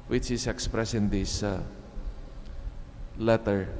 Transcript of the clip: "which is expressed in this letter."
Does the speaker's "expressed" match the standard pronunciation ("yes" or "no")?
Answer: no